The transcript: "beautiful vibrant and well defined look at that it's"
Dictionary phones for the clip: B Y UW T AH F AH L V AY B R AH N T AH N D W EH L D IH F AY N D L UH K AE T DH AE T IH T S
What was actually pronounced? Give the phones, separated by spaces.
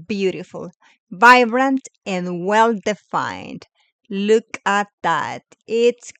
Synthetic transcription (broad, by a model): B Y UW T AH F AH L V AY B R AH N T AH N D W EH L D IH F AY N D L UH K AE T DH AE T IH T S